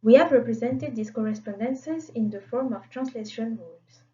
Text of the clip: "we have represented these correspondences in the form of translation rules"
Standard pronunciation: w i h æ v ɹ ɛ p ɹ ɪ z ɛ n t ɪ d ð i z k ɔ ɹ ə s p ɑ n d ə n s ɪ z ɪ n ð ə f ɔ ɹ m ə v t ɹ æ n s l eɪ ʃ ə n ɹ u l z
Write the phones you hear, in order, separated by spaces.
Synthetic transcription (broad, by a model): w i h æ v ɹ ɛ p ɹ ɪ z ɛ n t ɪ d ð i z k ɔ ɹ ə s p ɑ n d ə n s ɪ z ɪ n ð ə f ɔ ɹ m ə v t ɹ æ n s l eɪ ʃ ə n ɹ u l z